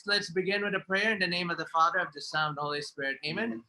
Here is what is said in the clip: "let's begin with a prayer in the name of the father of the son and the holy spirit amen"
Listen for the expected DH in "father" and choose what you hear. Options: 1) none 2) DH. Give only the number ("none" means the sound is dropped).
2